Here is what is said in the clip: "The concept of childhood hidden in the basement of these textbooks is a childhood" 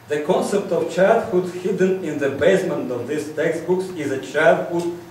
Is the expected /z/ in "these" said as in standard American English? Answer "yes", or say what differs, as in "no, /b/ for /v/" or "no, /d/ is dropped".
no, /s/ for /z/